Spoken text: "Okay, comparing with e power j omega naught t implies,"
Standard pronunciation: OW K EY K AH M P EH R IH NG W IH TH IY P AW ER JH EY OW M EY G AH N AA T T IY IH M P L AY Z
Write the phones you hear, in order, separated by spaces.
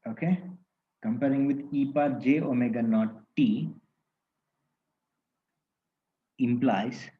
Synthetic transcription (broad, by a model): OW K EY K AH M P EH R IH NG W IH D IY P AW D JH EY OW M EY G AH N AA T T IY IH M P L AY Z